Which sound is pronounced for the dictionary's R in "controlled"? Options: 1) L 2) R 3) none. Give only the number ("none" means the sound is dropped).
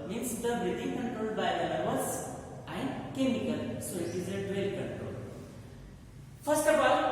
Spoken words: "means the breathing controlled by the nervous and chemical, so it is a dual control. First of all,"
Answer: 3